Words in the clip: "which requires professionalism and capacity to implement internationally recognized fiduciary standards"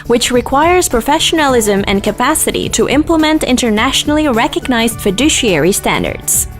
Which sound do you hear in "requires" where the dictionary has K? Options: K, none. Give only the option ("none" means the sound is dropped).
K